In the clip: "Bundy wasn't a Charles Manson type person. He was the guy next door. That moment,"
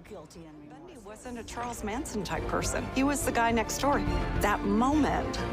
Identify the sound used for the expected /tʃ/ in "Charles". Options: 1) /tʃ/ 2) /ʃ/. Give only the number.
1